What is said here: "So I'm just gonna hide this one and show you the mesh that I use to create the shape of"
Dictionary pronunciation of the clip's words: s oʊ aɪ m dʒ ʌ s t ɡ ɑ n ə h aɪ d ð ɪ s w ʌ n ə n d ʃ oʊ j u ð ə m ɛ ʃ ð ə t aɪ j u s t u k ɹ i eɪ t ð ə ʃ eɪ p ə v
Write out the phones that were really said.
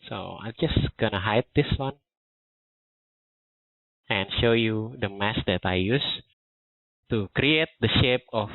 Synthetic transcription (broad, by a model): s oʊ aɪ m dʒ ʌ s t ɡ ɑ n ə h aɪ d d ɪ s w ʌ n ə n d ʃ oʊ j u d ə m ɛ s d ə t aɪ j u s t u k ɹ i eɪ t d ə ʃ eɪ p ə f